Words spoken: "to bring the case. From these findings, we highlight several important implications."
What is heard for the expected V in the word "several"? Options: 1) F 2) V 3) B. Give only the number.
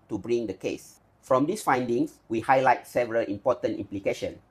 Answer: 2